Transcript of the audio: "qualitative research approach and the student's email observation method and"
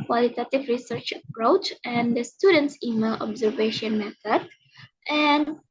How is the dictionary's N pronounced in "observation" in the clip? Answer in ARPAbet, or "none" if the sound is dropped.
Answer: N